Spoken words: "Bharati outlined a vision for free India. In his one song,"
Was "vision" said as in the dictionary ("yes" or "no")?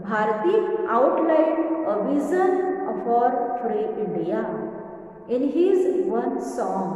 no